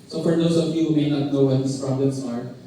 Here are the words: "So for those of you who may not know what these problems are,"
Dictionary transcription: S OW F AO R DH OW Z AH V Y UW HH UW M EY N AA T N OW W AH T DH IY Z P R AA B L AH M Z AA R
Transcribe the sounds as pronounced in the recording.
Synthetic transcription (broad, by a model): S OW F AO R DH OW S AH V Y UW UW M EY N AA T N OW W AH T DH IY S P R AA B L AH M S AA R